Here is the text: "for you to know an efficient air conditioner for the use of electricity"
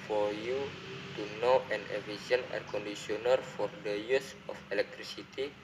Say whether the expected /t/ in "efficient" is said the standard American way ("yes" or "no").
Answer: no